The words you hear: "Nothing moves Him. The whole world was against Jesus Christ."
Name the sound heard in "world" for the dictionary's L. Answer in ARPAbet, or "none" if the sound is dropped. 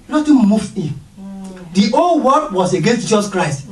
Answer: none